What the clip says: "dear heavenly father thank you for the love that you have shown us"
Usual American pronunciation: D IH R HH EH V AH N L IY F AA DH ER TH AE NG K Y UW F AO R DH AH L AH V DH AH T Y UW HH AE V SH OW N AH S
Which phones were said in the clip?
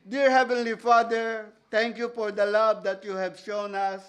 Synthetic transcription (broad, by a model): D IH R HH EH V AH N L IY F AA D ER T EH NG K Y UW F AO R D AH L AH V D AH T Y UW HH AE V SH OW N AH S